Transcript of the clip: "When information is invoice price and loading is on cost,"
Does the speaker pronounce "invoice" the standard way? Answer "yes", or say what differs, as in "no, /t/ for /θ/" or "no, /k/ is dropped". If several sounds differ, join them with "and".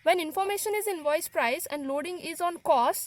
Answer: yes